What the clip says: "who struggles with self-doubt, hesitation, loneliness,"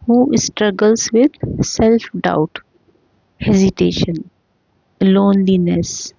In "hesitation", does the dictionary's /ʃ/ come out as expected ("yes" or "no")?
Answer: yes